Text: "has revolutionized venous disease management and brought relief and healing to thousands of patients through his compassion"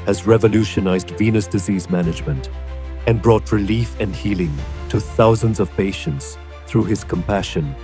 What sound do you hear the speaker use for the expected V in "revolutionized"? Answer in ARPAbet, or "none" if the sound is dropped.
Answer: V